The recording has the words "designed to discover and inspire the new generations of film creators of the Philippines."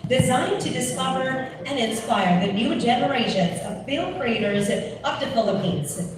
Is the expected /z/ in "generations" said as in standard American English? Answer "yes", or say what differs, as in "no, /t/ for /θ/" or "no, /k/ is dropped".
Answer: yes